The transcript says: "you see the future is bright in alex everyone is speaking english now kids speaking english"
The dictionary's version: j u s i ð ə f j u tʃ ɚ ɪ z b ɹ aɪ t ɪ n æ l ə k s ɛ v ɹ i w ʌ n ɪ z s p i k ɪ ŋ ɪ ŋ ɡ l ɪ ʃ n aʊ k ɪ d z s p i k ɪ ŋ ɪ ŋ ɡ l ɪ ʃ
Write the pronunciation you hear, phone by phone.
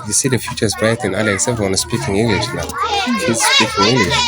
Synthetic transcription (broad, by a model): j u s i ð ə f j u tʃ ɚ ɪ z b aɪ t ɪ n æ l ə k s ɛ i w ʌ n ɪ s p i k ɪ ŋ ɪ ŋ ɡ l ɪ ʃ n aʊ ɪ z s p i k ɪ ŋ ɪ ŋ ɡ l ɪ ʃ